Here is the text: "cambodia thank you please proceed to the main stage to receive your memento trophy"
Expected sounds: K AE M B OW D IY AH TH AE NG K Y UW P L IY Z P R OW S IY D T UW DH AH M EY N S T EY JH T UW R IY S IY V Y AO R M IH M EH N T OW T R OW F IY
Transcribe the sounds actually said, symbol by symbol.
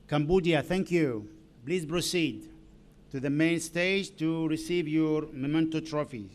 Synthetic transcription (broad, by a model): K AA M B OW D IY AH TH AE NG K Y UW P L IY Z P R OW S IY D T UW DH AH M EY N S T EY JH T UW R IY S IY V Y AO R M IH M EH N T OW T R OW F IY